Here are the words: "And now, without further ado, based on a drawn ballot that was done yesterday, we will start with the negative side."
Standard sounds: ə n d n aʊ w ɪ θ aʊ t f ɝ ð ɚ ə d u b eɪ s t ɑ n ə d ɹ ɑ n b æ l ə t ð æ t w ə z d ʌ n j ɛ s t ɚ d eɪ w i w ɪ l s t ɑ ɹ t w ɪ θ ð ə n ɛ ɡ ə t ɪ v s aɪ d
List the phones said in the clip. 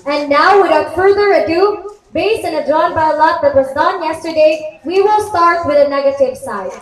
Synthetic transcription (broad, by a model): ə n n aʊ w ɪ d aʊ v f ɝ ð ɚ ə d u b eɪ s t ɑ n ə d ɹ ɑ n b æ l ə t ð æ t w ə z d ʌ n j ɛ s t ɚ d eɪ w i w ɪ l s t ɑ ɹ t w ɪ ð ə n ɛ ɡ ə t ɪ v s aɪ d